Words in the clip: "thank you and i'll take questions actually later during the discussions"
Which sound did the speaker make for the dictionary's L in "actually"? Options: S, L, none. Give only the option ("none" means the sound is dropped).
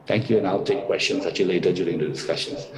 none